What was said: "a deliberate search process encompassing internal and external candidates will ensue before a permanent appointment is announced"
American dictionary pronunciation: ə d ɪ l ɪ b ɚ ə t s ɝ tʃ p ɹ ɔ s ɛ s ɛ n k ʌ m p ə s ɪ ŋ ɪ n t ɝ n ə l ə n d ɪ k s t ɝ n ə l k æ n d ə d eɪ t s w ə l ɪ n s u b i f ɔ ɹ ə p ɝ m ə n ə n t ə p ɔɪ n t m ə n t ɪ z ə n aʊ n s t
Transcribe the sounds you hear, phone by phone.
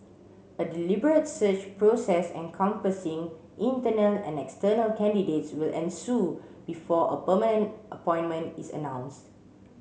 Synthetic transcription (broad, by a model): ə d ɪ l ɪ b ɚ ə t s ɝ tʃ p ɹ ɔ s ɛ s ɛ n k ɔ m p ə s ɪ ŋ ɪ n t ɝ n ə l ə n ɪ k s t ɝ n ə l k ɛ n d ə d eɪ t s w ə l ɪ n s u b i f ɔ ə p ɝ m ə n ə n t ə p ɔɪ n m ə n t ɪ s ə n aʊ n s t